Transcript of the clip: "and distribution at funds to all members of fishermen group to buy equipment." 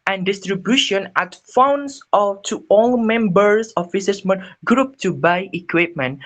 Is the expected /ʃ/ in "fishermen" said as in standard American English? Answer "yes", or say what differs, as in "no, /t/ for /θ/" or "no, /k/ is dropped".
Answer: no, /s/ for /ʃ/